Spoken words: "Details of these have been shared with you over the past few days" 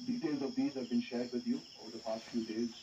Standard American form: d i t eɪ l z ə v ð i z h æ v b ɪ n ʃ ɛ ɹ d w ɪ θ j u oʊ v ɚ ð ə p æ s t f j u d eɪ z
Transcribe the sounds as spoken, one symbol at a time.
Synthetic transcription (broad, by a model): d i t eɪ l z ə v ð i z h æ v b ɪ n ʃ ɛ ɹ d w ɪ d j u oʊ v ɚ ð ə p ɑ s t f j u d eɪ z